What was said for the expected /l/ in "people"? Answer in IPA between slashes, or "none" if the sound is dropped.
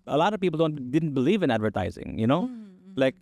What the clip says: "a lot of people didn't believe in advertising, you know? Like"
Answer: /n/